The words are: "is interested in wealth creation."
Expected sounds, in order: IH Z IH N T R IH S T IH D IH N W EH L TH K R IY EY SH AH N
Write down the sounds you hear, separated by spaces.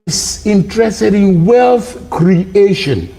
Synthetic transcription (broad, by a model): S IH N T R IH S T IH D IH N W EH L TH K R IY EY SH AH N